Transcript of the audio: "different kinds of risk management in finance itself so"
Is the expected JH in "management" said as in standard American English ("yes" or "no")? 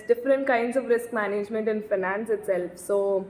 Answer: yes